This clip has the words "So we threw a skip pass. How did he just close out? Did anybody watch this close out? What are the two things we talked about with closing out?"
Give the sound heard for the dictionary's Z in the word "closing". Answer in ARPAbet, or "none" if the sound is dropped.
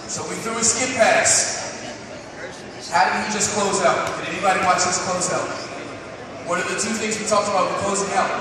Z